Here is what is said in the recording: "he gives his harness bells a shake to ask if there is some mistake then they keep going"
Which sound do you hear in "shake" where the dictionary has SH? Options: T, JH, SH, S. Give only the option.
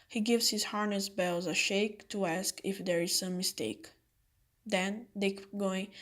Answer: SH